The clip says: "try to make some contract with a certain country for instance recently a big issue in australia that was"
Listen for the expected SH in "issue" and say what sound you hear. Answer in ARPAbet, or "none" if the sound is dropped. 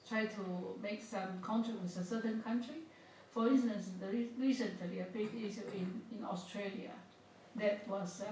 none